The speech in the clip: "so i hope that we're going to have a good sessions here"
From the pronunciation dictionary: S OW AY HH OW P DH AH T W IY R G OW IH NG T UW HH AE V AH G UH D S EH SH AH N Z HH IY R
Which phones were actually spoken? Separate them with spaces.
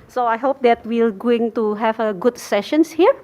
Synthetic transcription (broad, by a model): S OW AY HH OW P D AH T W IY L G OW IH NG T UW HH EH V AH G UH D S EH SH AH N S HH IY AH